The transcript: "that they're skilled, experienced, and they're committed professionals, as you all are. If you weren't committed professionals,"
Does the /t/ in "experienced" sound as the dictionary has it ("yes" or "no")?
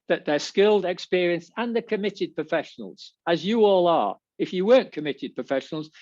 no